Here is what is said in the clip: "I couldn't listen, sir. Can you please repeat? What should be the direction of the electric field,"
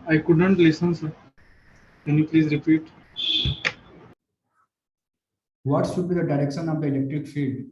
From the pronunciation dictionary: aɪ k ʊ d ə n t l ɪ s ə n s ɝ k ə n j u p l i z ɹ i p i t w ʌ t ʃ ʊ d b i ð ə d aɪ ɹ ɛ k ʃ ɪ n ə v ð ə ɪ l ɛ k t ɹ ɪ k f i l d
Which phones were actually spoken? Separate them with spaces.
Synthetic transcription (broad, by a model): aɪ k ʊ d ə n t l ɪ s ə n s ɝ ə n j u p l i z ɹ i p i t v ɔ t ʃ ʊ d b i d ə d aɪ ɹ ɛ k ʃ ɪ n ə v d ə ɪ l ɛ k t ɹ ɪ k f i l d